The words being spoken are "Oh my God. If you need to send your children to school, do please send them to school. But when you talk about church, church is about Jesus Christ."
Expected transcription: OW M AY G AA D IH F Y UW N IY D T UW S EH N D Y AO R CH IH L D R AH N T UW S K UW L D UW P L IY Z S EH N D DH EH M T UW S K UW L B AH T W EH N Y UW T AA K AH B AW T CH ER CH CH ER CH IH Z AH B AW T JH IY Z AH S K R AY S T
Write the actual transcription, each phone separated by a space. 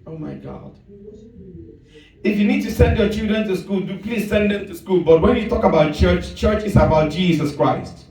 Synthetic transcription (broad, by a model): OW M AY G AA D IH F Y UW N IY D T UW S EH N D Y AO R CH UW D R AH N T UW S K UW L D UW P L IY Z S EH N D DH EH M T UW S K UW L B AH T W EH N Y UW T AA K AH B AW T CH ER CH CH ER CH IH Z AH B AW T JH IY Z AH S K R AY S T